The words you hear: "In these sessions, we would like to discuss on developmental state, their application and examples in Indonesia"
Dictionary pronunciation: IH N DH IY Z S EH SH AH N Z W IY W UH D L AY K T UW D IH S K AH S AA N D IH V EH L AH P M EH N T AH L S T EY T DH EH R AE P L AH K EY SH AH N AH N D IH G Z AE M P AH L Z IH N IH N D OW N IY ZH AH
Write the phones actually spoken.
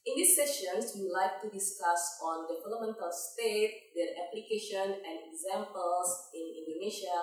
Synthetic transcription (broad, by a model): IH N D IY S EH SH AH N S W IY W L AY K T UW D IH S K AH S AA N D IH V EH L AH M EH N T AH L S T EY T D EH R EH P L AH K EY SH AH N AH N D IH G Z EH M P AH L S IH N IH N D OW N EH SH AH